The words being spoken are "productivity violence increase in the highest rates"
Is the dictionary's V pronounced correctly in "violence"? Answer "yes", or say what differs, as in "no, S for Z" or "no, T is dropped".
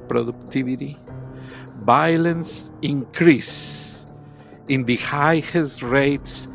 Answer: no, B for V